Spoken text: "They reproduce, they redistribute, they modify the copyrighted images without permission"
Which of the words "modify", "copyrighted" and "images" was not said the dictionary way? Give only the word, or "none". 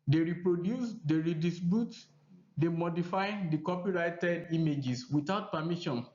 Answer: images